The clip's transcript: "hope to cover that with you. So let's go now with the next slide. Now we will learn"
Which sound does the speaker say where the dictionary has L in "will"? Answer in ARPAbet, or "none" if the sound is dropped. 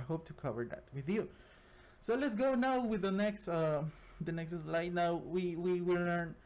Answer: W